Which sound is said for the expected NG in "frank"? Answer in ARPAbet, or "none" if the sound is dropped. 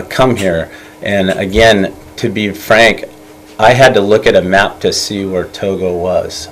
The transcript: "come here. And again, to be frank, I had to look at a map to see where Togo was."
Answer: NG